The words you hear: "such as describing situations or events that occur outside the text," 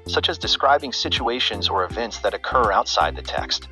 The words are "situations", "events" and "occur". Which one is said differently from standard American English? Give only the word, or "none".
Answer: none